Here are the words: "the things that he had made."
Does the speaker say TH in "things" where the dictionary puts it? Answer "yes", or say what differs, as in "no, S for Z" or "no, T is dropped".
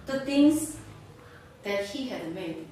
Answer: no, T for TH